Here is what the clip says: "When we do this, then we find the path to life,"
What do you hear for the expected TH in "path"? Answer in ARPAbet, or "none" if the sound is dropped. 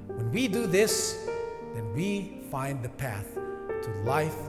TH